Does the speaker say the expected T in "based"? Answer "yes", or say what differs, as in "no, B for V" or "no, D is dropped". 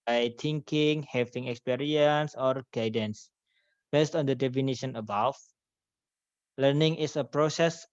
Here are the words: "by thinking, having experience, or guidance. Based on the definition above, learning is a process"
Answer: yes